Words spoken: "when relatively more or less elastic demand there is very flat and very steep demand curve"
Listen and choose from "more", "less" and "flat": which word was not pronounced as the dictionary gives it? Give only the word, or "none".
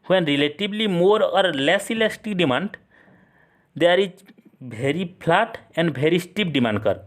flat